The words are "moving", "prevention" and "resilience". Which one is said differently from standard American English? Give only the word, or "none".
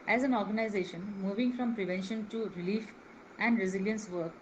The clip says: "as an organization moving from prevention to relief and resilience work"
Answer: none